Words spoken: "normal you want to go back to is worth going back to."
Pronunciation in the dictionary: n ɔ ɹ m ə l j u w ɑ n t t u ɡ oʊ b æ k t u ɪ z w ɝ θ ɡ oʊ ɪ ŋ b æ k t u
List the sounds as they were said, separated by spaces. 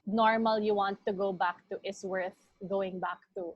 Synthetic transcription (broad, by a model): n ɔ ɹ m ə l j u w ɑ n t t u ɡ oʊ b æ k t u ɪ s w ɝ θ ɡ oʊ ɪ ŋ b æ k t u